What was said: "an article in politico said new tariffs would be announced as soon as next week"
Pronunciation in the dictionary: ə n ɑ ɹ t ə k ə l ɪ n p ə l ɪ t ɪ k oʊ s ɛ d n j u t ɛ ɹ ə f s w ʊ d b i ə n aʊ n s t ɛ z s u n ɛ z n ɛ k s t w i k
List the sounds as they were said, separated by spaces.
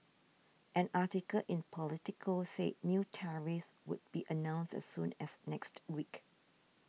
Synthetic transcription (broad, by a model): ə n ɑ t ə k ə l ɪ n p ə l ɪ t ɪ k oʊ s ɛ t n j u t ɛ ɹ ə s w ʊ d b i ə n aʊ n s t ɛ s u n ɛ s n ɛ k s t w i k